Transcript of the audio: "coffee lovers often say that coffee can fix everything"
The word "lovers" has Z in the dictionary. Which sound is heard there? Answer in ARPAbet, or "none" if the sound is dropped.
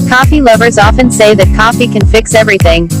Z